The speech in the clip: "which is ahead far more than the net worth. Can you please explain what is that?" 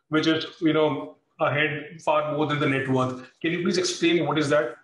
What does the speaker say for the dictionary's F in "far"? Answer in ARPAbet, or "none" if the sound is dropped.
P